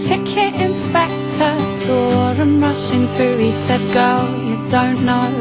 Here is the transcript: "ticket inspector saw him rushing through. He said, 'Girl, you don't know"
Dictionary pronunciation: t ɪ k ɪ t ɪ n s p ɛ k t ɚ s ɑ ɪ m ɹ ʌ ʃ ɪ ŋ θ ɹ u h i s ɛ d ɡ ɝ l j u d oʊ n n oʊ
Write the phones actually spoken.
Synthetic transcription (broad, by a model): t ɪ k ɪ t ɪ n s p ɛ k t ɚ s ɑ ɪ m ɹ ʌ ʃ ɪ ŋ θ ɹ u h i s ɛ d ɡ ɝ l j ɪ d oʊ n n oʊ